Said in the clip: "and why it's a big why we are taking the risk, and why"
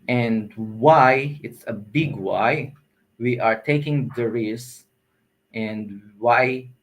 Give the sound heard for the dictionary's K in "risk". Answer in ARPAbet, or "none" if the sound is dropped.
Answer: none